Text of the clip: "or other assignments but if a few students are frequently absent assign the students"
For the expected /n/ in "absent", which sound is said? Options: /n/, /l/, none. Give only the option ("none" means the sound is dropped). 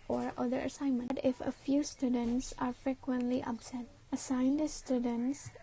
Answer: none